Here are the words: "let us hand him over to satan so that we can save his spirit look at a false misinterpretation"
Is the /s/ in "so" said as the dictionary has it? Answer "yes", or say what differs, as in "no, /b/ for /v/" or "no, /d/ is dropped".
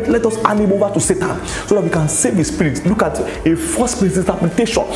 yes